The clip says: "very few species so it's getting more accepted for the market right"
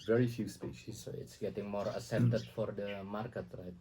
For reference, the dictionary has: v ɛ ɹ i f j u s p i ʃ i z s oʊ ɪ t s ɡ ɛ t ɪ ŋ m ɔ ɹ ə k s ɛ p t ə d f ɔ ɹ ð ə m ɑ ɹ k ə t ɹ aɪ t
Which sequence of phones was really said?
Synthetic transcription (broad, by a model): v ɛ ɹ i f j u s p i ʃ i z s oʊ ɪ t s ɡ ɛ t ɪ ŋ m ɔ ɹ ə s ɛ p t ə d f ɔ ɹ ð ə m ɑ ɹ k ə t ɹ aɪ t